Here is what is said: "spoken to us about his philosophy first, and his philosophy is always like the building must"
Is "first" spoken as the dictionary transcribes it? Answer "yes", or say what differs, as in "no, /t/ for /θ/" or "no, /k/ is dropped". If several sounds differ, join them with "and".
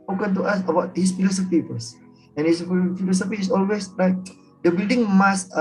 no, /t/ is dropped